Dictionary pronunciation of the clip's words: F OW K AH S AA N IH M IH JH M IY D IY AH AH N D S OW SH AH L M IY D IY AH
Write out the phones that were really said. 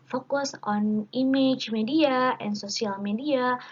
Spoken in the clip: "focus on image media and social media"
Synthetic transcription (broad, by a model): F OW K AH S AA N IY M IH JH M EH D IY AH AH N S OW S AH L M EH D IY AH